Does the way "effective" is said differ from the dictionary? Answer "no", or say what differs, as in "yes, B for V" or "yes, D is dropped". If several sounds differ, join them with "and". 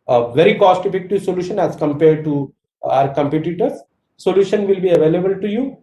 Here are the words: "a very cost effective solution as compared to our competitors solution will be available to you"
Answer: yes, P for F